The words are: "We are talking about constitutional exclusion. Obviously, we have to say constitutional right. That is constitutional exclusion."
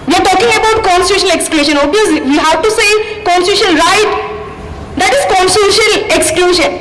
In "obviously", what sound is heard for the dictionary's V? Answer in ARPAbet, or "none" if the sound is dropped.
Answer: none